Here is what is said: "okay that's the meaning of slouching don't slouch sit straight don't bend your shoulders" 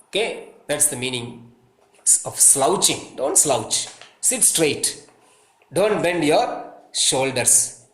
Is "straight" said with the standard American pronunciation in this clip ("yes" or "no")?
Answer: yes